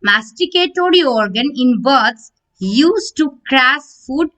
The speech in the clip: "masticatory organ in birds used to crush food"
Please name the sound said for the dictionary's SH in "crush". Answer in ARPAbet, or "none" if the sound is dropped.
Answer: S